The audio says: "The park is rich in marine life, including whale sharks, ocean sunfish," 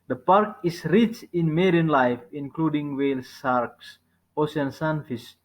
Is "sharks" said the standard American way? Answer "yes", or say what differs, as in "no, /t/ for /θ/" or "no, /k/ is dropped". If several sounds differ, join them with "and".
no, /s/ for /ʃ/